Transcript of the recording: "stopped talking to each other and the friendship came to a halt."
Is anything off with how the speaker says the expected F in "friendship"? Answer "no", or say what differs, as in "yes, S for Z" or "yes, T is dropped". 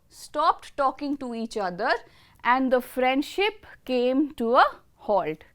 no